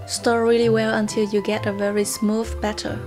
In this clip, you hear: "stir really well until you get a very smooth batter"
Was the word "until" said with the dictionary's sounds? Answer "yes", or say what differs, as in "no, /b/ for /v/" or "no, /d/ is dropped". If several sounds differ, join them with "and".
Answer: yes